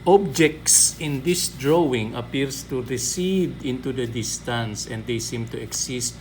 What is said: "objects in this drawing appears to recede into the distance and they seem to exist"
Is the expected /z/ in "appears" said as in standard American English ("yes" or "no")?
no